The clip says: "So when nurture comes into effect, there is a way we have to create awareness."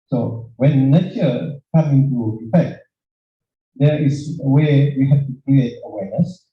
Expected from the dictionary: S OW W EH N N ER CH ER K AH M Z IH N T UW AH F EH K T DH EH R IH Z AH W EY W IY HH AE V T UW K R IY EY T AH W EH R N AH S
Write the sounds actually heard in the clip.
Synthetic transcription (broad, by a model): S OW W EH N N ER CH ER K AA M IH N T UW AH F EH K T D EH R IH S AH W EY W IY HH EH F T UW K R IY EY T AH W EH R N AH S